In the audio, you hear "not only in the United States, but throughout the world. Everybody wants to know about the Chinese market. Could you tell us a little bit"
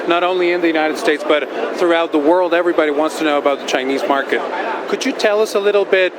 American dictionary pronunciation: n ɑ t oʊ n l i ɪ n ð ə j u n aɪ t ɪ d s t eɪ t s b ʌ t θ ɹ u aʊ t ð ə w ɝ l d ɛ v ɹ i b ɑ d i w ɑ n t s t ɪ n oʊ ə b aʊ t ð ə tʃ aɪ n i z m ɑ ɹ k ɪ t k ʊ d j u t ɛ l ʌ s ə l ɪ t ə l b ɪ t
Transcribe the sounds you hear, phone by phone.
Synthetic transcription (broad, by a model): n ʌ t oʊ n l i ɪ n ð ə j u n aɪ t ɪ d s t eɪ t s b ʌ t θ ɹ u aʊ t ð ə w ɝ l d ɛ v ɹ i b ɑ d i w ɑ n t s t ɪ n oʊ ə b aʊ t ð ə tʃ aɪ n i z m ɑ ɹ k ɪ t k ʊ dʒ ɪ t ɛ l ʌ s ə l ɪ t l b ɪ t